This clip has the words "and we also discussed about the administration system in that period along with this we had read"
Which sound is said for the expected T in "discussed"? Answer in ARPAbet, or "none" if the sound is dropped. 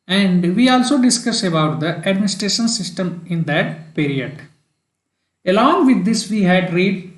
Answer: none